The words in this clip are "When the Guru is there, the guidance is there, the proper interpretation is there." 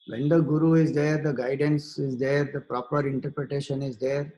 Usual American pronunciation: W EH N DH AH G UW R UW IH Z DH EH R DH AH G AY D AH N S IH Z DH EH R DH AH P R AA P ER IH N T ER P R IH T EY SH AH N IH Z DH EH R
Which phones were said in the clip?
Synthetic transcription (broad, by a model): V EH N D AH G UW R UW IH Z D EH R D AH G AY D AH N S IH Z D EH R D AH P R AA P ER IH N T ER P R IH T EY SH AH N IH Z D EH R